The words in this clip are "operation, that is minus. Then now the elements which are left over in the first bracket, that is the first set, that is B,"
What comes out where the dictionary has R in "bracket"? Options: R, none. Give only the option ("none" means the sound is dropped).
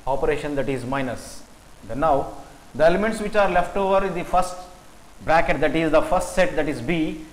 R